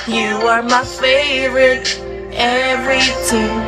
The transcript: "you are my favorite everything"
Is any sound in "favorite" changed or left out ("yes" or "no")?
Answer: no